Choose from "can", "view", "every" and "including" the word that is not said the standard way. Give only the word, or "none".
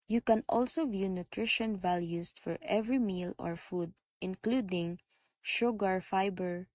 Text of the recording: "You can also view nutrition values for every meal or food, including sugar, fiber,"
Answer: none